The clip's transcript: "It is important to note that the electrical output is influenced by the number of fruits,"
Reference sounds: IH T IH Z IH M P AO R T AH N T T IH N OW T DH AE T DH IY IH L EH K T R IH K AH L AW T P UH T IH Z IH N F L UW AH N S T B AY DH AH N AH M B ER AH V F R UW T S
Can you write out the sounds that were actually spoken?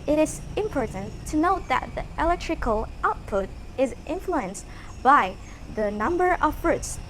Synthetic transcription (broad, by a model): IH T IH Z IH M P AO R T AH N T T IH N OW T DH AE T DH IY IH L EH K T R IH K AH L AW T P UH T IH Z IH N F L UW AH N S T B AY DH AH N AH M B ER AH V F R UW T S